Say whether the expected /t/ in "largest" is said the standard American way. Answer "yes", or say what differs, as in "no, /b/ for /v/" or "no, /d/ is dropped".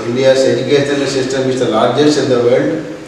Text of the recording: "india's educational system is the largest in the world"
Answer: no, /t/ is dropped